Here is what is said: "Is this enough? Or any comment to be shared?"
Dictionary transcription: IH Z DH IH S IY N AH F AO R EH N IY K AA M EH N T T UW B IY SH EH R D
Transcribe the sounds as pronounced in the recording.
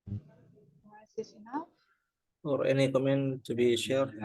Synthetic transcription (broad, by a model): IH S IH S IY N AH AO R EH N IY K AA M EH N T T UW B IY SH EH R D